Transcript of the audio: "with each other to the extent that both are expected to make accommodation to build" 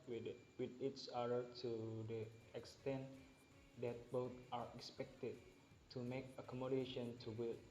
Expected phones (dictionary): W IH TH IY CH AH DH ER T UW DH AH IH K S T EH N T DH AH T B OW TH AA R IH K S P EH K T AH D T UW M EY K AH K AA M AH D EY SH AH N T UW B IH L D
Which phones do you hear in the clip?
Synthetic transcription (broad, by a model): W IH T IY S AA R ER T UW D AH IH K S T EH N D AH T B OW T AA R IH K S P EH K T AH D T UW M EY K AH K AA M AH D EY SH AH N T UW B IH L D